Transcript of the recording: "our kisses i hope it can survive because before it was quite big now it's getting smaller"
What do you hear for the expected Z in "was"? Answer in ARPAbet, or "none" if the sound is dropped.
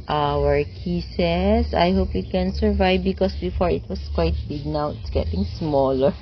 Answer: S